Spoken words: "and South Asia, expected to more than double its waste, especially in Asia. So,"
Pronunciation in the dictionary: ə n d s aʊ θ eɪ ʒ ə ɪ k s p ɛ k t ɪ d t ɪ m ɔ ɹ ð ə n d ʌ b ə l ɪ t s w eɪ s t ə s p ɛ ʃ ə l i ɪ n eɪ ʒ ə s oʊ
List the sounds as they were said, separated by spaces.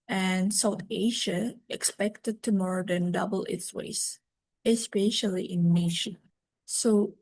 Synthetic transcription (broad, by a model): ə n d s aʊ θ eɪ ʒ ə ɪ k s p ɛ k t ɪ d t ɪ m ɔ ɹ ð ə n d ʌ b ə l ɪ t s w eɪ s ə s p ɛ ʃ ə l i ɪ n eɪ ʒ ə s oʊ